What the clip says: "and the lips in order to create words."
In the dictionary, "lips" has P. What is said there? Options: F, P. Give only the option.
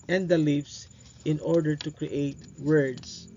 F